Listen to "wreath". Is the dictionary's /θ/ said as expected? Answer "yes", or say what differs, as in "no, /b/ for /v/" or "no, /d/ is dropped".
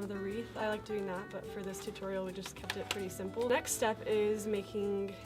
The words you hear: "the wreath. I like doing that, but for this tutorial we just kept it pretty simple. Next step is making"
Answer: yes